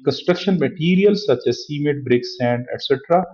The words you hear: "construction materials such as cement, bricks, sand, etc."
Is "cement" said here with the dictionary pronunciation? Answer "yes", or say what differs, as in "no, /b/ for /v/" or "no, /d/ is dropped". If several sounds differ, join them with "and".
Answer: no, /n/ is dropped